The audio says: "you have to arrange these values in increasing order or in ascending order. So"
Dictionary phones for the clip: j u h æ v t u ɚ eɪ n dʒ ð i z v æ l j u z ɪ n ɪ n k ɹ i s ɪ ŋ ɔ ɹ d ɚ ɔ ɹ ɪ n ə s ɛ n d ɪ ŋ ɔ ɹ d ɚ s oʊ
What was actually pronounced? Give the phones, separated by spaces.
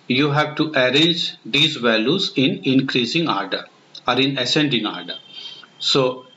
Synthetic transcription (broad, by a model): j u h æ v t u ɚ eɪ n dʒ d i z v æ l j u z ɪ n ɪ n k ɹ i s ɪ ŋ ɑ ɹ d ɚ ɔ ɹ ɪ n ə s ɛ n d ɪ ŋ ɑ ɹ d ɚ s oʊ